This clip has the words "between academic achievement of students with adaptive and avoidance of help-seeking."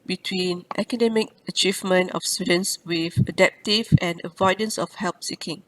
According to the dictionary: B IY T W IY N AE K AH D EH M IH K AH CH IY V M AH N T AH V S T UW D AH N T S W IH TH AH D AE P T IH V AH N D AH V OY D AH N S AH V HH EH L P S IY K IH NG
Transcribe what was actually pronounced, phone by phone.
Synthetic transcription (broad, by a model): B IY T W IY N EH K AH D EH M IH K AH CH IY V M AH N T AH F S T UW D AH N S W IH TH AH D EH P T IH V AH N AH V OY D AH N S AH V HH EH L P S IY K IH NG